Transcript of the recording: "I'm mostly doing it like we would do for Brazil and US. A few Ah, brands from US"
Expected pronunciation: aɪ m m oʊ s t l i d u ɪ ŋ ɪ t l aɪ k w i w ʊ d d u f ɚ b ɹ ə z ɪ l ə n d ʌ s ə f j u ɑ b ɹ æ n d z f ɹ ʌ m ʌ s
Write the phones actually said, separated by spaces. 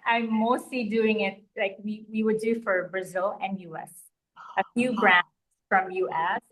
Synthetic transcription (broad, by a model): aɪ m m oʊ s t l i d u ɪ ŋ ɪ t l aɪ k w i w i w d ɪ f ɚ b ɹ ə z ɪ l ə n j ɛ s ə f j u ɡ ɹ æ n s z f ɹ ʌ m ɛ s